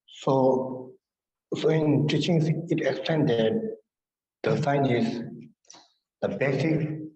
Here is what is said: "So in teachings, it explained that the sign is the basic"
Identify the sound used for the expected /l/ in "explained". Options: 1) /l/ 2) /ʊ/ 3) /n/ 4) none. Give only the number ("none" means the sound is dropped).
4